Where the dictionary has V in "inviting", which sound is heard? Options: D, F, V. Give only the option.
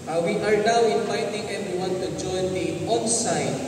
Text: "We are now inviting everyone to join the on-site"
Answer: F